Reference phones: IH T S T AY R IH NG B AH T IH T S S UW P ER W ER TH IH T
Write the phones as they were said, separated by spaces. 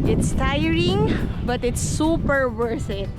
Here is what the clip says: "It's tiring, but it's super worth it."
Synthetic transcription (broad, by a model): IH T S T AY R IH NG B AH T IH T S S UW P ER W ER S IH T